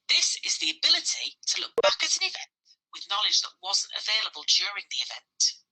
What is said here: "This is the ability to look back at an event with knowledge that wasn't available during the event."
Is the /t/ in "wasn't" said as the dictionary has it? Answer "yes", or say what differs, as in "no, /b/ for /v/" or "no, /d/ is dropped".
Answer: yes